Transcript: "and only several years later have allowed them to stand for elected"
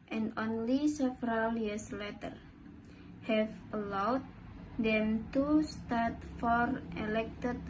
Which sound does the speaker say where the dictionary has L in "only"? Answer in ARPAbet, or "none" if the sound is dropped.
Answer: L